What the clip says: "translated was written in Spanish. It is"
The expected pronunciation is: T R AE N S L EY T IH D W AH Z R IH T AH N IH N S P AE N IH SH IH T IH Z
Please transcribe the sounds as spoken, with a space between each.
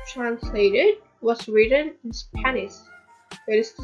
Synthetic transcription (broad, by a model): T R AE N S L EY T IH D W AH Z R IH T AH N IH N S P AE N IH S IH T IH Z